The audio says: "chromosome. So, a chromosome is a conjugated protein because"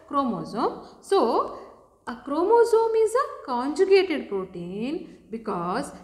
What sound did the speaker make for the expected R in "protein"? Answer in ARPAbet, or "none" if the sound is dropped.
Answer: R